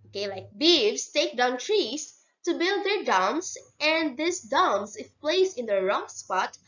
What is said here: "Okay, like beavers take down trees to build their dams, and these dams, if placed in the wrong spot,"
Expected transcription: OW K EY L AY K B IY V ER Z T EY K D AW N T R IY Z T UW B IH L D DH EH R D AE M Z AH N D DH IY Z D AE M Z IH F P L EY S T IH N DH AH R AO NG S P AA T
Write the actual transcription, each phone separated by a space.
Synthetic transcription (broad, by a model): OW K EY L AY K B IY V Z T EY K D AW N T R IY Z T UW B IH L D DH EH R D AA M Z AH N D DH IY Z D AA M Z IH F P L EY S IH N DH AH R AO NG S P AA T